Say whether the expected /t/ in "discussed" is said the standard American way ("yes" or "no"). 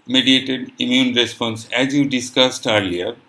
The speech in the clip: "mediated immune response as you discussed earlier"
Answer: yes